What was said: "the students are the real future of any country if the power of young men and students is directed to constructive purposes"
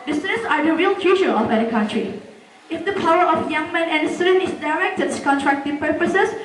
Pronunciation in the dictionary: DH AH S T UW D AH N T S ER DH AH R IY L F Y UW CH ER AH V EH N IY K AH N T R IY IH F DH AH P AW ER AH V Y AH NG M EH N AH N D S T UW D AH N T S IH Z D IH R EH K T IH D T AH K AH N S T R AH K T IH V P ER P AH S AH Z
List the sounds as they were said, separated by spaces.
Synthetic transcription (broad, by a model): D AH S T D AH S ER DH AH R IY L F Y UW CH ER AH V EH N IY K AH N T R IY IH F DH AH P AW ER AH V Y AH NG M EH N AH N D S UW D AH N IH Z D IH R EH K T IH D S K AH N T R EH K T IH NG P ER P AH S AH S